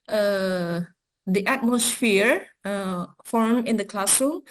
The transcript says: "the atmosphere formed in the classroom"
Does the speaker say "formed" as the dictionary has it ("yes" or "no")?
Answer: no